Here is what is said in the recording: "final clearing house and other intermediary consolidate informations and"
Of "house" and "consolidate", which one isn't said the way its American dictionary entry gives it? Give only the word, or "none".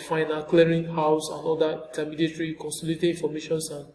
consolidate